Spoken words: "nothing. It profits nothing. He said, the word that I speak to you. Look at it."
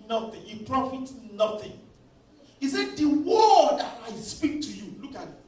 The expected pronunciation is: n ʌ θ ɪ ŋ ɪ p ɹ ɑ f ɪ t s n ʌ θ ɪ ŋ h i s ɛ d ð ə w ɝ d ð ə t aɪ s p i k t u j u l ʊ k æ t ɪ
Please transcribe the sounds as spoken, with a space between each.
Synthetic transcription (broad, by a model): n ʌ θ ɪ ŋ ɪ p ɹ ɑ f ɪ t n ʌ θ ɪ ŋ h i s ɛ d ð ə w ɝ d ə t aɪ s p i k t u j u l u k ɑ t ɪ